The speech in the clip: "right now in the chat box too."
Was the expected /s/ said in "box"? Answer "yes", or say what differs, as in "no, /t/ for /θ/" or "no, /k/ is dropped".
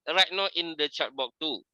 no, /s/ is dropped